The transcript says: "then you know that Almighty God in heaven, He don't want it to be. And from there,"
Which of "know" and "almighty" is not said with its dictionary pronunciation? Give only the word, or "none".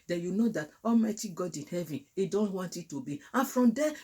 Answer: none